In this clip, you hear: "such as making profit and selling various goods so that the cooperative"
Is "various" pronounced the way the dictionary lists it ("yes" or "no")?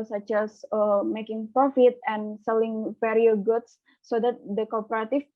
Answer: no